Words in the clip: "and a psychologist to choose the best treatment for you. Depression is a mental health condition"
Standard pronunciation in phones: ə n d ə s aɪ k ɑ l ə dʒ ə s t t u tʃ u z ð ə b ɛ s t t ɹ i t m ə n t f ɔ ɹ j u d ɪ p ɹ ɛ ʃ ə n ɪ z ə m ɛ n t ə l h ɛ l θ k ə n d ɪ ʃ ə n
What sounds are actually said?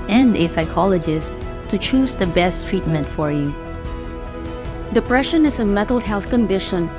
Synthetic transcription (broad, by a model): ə n d ə s aɪ k ɑ l ə dʒ ə s t t u tʃ u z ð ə b ɛ s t t ɹ i t m ə n t f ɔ ɹ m d ɪ p ɹ ɛ ʃ ə n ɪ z ə m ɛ t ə l h ɛ l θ k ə n d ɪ ʃ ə n